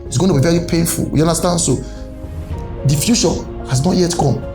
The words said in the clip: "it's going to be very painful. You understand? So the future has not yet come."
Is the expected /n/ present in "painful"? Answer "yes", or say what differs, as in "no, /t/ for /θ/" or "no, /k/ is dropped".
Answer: yes